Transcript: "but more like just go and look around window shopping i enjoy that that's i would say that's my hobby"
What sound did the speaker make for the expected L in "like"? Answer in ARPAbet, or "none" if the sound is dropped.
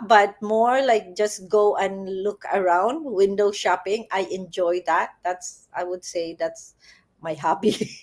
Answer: L